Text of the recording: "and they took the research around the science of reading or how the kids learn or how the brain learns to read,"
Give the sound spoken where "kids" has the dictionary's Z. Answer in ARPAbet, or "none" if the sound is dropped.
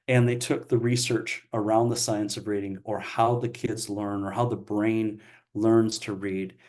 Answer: Z